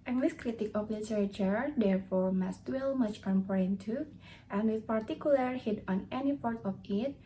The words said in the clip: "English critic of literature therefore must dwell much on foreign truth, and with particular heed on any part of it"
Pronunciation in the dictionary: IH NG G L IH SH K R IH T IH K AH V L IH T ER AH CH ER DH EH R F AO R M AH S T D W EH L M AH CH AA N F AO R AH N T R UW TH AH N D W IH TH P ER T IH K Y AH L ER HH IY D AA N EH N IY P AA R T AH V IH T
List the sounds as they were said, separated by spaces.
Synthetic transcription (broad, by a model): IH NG G L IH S K R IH T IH K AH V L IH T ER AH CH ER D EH R F AO R M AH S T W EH L M AH CH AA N P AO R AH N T UW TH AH N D W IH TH P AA T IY K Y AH L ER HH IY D AA N EH N IY P AA R T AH F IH T